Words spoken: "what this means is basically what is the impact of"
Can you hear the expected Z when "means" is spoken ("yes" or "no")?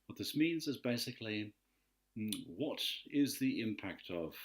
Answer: yes